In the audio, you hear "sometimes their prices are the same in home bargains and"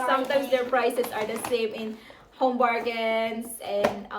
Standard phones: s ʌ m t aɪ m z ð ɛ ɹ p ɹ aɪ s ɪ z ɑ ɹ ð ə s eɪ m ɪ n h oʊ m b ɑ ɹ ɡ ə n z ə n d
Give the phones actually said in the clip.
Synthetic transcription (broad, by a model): s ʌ m t aɪ m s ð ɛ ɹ p ɹ aɪ s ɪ s ɑ ɹ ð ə s eɪ m ɪ n h oʊ m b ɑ ɹ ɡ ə n s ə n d